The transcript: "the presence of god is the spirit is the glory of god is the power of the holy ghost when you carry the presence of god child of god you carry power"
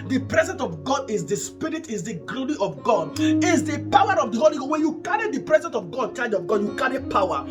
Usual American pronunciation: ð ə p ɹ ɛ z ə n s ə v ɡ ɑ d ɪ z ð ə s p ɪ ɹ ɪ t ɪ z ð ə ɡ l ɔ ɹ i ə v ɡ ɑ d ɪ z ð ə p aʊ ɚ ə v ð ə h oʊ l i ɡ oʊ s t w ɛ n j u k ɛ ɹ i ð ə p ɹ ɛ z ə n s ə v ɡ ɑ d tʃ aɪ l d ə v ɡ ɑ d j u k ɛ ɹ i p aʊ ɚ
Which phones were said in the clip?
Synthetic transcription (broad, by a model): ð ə p ɹ ɛ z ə n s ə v ɡ ɑ d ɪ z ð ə s p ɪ ɹ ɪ t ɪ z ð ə ɡ l ɔ ɹ i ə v ɡ ɑ d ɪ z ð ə p aʊ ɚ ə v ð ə h oʊ l i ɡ oʊ w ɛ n j u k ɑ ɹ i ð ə p ɹ ɛ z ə n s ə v ɡ ɑ d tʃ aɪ d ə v ɡ ɑ d j u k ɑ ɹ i p aʊ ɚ